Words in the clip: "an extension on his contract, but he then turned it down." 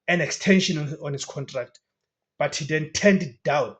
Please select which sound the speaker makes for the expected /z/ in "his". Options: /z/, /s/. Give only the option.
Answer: /s/